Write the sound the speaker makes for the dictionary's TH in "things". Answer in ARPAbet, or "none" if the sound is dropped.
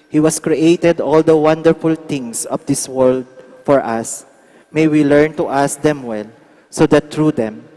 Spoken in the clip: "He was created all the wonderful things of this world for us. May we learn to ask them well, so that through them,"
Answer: T